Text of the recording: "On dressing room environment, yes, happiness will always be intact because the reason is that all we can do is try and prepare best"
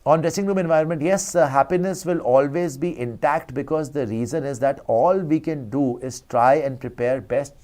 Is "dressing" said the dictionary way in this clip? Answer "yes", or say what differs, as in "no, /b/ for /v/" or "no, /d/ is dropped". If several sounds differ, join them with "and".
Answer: yes